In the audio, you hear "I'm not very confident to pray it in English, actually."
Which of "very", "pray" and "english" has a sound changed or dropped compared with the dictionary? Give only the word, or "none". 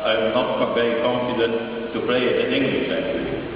pray